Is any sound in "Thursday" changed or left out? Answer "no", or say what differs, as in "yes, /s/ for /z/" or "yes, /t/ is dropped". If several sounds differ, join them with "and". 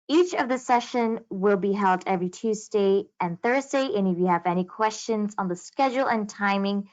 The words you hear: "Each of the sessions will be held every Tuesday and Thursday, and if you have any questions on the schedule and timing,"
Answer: no